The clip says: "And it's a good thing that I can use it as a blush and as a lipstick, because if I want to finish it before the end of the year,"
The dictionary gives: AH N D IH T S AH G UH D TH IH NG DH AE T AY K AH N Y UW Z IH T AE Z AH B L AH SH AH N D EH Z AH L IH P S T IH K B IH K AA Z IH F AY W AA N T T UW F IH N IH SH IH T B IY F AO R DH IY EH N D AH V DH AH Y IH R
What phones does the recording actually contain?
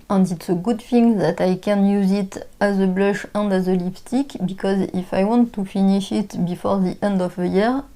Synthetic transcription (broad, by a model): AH N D IH T S AH G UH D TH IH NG DH AE T AY K AH N Y UW Z IH T AE Z AH B L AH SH AH N D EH Z AH L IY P T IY K B IH K AA Z IH F AY W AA N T T UW F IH N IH SH IH T B IY F AO R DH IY EH N D AH V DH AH Y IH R